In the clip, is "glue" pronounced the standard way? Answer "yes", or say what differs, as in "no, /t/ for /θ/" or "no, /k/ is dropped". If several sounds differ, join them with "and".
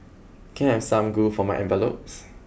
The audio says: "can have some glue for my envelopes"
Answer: no, /l/ is dropped